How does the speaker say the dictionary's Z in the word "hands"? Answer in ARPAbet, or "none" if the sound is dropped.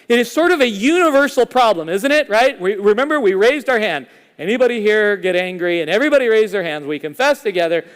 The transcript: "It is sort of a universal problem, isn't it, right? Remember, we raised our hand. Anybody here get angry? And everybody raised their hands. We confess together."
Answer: Z